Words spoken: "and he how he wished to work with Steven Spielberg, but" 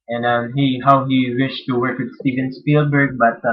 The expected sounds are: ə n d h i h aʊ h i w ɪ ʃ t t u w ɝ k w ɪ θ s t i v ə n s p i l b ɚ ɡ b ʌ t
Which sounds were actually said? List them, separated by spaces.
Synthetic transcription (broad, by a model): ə n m h i h aʊ h i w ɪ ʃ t t u w ɝ k w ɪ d s t i v ə n s p i l b ɚ ɡ b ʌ t